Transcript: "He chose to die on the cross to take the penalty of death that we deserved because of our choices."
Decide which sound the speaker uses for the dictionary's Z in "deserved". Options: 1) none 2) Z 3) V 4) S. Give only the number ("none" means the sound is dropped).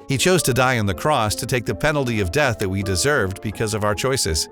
2